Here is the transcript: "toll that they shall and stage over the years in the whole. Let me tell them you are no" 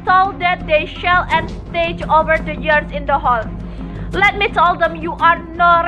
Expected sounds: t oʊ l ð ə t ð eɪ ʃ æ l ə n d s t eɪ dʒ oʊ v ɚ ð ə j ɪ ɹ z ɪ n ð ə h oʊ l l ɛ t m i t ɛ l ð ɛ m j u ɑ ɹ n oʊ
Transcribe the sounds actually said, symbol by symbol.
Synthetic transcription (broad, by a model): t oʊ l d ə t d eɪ ʃ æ l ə n s t eɪ dʒ oʊ v ɚ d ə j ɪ ɹ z ɪ n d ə h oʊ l l ɛ t m i t ɛ l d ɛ m j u ɑ ɹ n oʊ